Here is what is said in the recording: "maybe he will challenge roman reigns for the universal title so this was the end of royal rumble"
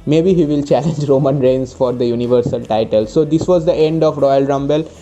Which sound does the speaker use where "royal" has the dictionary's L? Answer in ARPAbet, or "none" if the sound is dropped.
L